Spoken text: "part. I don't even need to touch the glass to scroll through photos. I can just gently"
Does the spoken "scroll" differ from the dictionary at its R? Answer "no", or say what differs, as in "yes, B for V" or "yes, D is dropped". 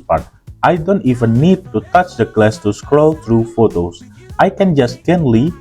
no